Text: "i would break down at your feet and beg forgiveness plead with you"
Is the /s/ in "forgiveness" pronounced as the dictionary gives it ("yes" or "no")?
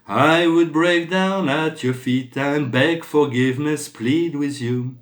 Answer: yes